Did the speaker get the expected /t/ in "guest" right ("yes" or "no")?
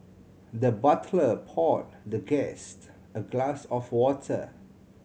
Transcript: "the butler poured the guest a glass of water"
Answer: yes